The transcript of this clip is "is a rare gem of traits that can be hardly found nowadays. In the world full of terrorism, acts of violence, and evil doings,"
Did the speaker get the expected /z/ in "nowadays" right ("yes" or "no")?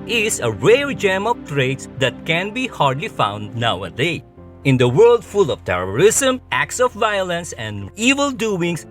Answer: no